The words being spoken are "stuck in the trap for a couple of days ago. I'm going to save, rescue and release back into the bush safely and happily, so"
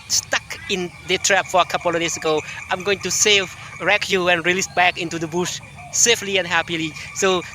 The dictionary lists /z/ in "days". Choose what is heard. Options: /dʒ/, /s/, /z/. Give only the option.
/s/